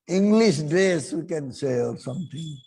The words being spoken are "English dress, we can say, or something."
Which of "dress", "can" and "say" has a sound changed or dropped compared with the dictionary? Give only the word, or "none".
dress